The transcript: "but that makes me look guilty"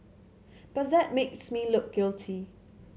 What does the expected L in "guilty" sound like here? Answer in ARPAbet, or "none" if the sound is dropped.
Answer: L